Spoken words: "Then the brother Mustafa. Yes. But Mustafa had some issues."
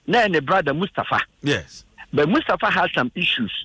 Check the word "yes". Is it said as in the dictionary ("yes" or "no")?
no